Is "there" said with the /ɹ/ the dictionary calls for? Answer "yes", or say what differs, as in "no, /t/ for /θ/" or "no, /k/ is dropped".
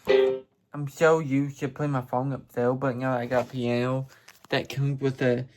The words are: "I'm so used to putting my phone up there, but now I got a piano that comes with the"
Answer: no, /l/ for /ɹ/